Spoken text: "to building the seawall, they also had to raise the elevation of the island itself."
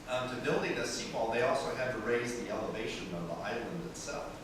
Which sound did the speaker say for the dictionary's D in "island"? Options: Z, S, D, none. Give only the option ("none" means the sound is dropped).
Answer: D